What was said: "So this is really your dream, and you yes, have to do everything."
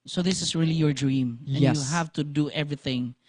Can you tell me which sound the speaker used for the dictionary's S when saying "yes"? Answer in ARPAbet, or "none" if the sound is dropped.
none